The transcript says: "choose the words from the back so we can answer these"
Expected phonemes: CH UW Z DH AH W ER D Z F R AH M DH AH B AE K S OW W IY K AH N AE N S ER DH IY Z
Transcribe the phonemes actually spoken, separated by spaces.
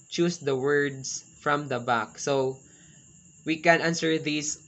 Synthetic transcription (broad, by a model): CH UW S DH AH W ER D S F R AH M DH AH B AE K S OW W IY K AH N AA N S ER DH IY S